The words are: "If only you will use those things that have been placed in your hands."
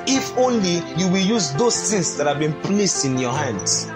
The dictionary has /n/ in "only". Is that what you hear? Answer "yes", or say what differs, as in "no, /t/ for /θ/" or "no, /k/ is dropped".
yes